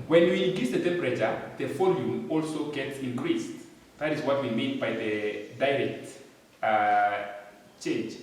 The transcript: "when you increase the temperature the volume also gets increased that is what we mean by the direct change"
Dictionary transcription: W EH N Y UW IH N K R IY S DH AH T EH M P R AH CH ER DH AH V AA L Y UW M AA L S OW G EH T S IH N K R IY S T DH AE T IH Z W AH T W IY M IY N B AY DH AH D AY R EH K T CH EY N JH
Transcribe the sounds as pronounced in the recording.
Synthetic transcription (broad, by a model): W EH N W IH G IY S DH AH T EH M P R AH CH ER DH AH F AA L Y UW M AA L S OW G EH T S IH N K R IY S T DH AE T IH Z W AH T W IY M IY N B AY DH AH D AY R EH K T CH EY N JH